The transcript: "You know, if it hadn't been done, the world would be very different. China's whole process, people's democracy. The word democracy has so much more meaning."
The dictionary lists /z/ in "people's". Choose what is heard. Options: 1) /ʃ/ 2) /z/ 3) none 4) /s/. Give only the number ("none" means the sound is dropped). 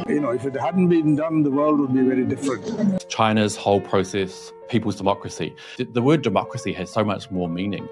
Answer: 2